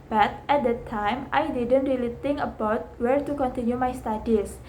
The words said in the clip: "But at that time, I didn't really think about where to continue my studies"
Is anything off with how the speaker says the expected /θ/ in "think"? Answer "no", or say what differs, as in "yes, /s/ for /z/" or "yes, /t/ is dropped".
yes, /t/ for /θ/